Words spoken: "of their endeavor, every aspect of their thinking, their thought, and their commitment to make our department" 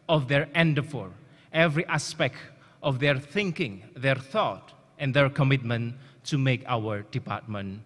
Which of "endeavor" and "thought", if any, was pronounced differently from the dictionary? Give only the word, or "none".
endeavor